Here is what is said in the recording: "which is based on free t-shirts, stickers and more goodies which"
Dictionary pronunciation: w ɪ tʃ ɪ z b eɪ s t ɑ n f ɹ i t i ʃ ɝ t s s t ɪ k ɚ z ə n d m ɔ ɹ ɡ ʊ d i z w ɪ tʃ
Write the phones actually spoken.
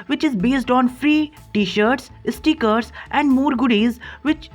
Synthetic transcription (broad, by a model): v ɪ tʃ ɪ z b eɪ s t ɑ n f ɹ i t i ʃ ɝ t s s t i k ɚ s ə n d m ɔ ɹ ɡ ʊ d i z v ɪ tʃ